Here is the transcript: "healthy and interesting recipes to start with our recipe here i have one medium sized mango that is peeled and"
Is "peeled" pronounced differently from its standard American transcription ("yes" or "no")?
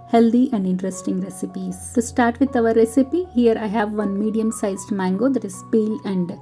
yes